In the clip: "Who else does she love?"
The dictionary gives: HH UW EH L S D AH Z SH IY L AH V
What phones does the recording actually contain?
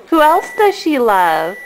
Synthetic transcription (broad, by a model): HH UW EH L S D AH Z SH IY L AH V